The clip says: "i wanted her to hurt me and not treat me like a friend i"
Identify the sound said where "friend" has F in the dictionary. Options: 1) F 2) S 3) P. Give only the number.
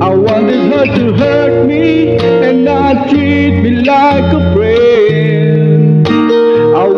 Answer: 3